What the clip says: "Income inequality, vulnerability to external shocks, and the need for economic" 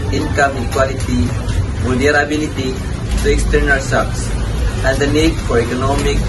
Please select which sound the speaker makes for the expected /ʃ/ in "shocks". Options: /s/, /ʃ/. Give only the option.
/s/